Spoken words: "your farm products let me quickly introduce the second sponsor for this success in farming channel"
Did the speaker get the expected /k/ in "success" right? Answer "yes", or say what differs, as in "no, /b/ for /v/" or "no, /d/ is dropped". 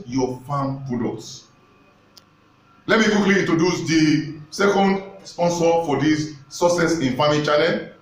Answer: no, /k/ is dropped